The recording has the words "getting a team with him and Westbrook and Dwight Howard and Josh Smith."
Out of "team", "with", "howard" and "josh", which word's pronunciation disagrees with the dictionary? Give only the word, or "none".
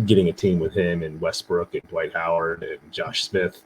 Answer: none